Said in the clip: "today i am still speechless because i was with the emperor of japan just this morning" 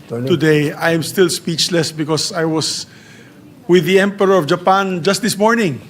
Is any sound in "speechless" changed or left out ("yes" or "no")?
no